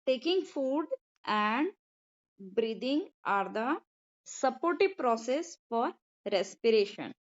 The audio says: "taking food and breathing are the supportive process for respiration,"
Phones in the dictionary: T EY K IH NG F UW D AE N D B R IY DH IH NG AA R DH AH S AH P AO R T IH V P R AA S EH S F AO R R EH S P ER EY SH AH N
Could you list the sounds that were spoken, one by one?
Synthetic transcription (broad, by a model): T EY K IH NG F UW D AE N D B R IY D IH NG AA R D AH S AH P AO R T IH V P R AA S EH S F AO R R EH S P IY EY SH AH N